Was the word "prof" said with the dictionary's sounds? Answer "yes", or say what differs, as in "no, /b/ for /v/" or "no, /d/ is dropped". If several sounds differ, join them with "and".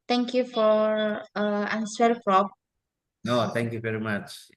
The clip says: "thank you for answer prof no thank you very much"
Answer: no, /p/ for /f/